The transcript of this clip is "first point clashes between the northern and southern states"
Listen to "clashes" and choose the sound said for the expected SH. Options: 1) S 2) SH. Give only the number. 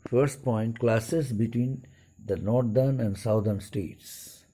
1